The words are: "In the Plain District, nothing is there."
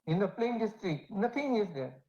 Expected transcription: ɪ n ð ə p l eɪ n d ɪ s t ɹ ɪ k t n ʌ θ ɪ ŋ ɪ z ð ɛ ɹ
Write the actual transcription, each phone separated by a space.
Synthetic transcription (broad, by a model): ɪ n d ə p l eɪ n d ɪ s t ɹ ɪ t n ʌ t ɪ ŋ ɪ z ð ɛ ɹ